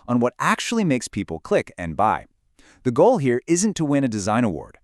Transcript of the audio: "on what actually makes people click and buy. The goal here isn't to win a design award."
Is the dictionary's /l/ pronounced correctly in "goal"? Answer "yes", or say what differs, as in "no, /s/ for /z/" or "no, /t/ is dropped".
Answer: yes